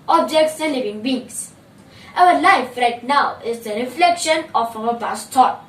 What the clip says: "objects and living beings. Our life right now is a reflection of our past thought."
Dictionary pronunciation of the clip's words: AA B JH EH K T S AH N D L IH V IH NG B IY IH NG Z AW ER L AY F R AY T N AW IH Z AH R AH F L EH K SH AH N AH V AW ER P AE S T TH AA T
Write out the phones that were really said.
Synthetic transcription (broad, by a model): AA B JH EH K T S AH L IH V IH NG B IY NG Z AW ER L AY F R AY T N AW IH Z AH R AH F L EH K SH AH N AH F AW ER B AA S T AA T